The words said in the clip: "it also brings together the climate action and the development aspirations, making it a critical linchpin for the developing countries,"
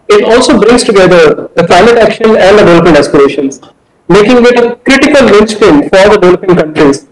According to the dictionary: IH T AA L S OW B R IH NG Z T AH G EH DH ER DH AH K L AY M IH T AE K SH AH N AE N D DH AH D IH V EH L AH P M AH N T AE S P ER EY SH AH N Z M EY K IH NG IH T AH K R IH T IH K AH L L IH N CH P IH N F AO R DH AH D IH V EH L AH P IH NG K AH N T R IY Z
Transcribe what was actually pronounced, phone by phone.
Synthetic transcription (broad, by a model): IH T AA L S OW B R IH NG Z T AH G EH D ER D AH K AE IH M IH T AE K SH AH N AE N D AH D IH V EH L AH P AH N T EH S P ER EY SH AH N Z M EY K IH NG IH T AH K R IH T IH K AH L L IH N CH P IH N F AO R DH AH D IH V EH L AH P IH NG K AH N T R IY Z